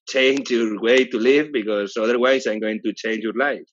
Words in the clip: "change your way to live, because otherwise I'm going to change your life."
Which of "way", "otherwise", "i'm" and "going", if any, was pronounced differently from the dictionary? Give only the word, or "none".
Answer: otherwise